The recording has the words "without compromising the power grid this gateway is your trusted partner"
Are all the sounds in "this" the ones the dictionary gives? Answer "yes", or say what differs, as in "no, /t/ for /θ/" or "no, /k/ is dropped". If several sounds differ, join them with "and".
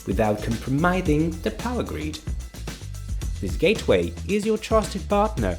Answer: yes